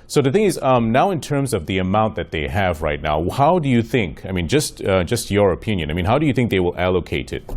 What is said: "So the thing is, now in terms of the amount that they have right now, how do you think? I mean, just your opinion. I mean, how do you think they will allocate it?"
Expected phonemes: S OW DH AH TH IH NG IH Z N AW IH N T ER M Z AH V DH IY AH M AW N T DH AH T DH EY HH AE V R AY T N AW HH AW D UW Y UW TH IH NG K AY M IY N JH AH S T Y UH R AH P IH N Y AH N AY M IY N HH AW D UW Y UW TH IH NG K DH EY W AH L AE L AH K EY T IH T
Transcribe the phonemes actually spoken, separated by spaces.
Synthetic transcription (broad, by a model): S OW DH AH TH IH NG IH Z N AW IH N T ER M Z AH V DH IY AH M AW N DH AH T DH EY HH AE V R AY T N AW HH AW D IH Y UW TH IH NG K AY M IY N JH AH S T Y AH R AH P IH N Y AH N AY M IY N HH AW D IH Y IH TH IH NG K DH EY W AH L AE L AH K EY T IH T